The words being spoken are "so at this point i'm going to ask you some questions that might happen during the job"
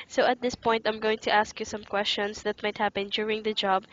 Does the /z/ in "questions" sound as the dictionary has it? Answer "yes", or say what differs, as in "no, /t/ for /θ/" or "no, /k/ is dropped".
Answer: no, /s/ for /z/